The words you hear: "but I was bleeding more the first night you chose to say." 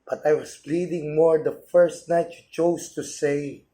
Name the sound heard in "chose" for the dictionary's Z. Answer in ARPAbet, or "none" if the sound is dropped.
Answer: S